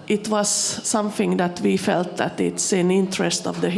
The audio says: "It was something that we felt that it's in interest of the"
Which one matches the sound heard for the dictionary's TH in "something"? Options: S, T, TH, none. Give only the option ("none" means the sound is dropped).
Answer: TH